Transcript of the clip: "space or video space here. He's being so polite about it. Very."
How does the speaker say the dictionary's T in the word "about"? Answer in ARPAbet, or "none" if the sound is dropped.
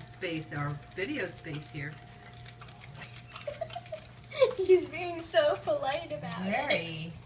none